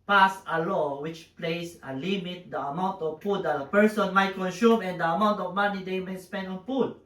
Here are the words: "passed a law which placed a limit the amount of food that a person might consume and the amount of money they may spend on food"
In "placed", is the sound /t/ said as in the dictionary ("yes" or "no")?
no